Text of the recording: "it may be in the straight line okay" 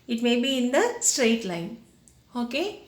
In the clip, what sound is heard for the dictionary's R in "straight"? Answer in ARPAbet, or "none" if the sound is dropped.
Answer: R